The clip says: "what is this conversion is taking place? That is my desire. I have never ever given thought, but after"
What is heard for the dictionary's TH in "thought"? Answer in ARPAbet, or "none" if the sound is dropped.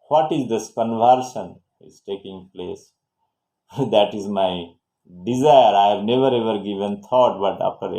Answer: T